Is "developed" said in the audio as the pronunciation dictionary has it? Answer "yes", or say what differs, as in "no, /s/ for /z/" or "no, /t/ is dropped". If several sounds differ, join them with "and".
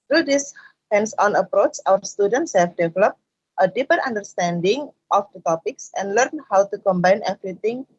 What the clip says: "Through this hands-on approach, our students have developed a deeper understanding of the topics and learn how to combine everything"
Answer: yes